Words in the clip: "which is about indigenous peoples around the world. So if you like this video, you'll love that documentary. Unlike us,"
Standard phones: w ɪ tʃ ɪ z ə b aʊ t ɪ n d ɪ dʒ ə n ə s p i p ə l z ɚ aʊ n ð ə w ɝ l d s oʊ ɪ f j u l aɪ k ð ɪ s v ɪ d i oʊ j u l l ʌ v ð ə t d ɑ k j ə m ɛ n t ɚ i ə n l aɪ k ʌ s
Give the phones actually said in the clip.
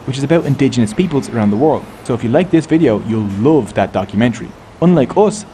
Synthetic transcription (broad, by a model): w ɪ tʃ ɪ z ə b aʊ t ɪ n d ɪ dʒ ə n ə s p i p ə l z ɚ aʊ n ð ə w ɝ l d s oʊ ɪ f j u l aɪ k ð ɪ s v ɪ d i oʊ j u l l ʌ v ð ə t d ɑ k j ə m ɛ n t ɚ i ə n l aɪ k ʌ s